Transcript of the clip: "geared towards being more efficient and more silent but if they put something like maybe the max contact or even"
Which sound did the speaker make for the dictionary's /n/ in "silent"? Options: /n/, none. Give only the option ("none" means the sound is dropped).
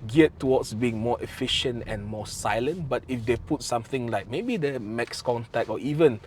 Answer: /n/